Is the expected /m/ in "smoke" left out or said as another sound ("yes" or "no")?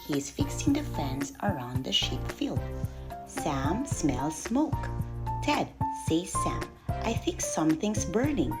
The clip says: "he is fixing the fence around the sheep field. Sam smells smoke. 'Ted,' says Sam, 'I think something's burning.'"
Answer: no